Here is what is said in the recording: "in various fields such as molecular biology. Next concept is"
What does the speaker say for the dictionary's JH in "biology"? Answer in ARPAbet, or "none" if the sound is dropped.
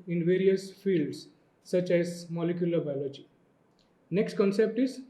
JH